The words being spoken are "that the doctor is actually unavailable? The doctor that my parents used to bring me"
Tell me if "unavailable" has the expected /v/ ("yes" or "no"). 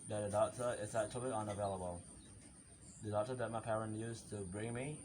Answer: yes